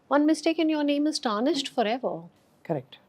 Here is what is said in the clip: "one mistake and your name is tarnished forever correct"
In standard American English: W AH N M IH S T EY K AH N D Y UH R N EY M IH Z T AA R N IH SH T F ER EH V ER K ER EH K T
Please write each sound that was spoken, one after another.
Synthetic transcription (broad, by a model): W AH N M IH S T EY K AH N Y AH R N EY M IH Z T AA N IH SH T F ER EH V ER K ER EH K T